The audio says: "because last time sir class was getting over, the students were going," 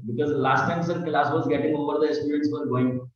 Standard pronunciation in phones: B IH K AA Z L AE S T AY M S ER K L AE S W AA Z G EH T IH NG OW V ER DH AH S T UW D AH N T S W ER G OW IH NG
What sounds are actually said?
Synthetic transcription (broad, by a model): B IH K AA Z L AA S T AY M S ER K L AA S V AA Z G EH T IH NG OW B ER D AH S T UW D AH N T S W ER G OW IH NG